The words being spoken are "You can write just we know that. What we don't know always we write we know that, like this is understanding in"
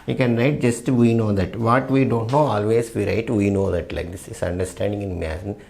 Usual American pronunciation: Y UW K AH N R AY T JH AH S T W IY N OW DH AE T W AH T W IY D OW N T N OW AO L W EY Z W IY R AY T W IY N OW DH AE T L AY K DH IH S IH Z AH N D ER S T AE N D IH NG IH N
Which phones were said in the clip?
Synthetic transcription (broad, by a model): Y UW K AH N R AY T JH AH S T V IY N OW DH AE T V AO T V IY D OW N T N OW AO L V EY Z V IY R AY T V IY N OW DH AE T L AY K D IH S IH S AH N D ER S T AE N D IH NG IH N